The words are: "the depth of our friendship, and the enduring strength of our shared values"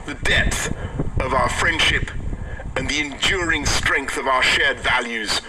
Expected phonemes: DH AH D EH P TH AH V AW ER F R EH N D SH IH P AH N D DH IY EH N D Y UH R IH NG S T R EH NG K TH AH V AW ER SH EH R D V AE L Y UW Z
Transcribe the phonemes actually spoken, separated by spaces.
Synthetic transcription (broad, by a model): DH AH D EH P TH AH V AW ER F R EH N D SH IH P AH N DH IY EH N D Y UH R IH NG S T R EH NG K TH AH V AW ER SH EH R D V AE L Y UW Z